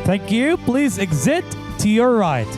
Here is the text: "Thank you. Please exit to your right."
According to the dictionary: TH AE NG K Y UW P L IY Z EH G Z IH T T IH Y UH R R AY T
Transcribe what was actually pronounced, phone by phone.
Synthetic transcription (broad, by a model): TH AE NG K Y UW P L IY Z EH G Z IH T T IH Y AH R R AY T